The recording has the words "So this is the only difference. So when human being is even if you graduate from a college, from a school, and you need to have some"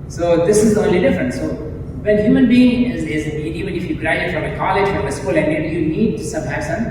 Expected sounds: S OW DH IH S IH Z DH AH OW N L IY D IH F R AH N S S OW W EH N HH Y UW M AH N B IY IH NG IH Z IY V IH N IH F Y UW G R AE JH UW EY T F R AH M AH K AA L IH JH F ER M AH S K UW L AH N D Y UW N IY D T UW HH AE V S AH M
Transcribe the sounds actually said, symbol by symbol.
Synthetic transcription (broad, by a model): S OW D IH S IH Z OW N L IY D IH F R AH N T S OW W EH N HH Y UW M AH N B IY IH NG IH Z IY V IH N IH F Y UW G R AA UW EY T F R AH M AH K AA L IH JH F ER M AH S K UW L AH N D Y UW N IY D T UW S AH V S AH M